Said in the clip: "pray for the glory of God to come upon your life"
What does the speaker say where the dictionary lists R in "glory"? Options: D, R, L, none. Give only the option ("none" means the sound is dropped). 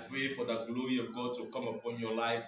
R